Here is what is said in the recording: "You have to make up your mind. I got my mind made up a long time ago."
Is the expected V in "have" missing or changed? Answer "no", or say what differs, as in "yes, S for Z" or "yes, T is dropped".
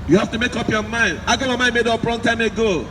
yes, F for V